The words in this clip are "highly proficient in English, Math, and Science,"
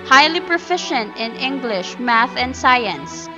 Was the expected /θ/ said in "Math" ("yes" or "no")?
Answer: yes